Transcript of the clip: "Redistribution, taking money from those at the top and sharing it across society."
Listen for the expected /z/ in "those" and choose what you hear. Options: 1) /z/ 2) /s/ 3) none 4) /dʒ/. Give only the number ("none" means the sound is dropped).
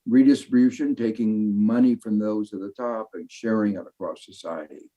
1